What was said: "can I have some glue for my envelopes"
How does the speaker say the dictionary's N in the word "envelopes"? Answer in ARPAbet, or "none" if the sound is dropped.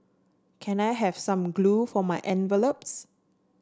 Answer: N